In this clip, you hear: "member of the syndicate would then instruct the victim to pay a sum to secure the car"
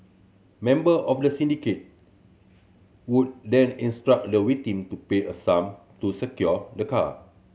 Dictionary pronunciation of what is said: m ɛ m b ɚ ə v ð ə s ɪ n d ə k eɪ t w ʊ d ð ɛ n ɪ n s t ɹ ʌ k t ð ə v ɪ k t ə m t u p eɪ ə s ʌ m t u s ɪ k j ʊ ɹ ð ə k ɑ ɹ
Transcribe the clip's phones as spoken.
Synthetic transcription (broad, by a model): m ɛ m b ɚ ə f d ə s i n d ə k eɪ t w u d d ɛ n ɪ n s t ɹ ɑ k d ə w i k t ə m t u p eɪ ə s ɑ m t u s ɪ k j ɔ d ə k ɑ